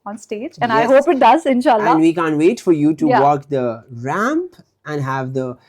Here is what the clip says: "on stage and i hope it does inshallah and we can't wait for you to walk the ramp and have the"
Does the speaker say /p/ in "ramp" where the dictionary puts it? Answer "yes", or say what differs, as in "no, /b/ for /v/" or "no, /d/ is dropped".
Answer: yes